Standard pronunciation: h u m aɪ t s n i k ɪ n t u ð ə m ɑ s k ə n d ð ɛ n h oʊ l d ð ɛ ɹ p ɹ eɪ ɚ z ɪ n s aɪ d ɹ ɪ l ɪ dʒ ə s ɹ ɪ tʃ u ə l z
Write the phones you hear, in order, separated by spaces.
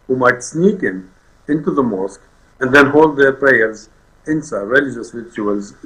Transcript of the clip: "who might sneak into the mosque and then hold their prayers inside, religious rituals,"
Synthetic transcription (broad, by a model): h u m aɪ t s n i k ɪ n t u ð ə m ɑ s k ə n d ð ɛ n h oʊ l d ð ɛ ɹ p ɹ eɪ ɚ z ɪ n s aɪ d ɹ ɪ l ɪ dʒ ə s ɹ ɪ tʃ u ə l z